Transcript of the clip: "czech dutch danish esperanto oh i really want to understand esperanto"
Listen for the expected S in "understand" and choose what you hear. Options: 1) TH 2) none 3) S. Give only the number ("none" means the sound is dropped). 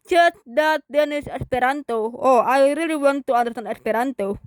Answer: 2